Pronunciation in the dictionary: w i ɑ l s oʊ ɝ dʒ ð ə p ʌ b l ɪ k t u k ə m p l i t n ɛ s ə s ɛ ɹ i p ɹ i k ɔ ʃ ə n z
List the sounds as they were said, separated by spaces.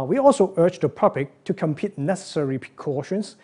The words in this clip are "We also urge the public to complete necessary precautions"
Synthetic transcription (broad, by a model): w i ɑ l s oʊ ɝ dʒ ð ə p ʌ b l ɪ k t u k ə m p i t n ɛ s ə s ɛ ɹ i p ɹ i k ɔ ʃ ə n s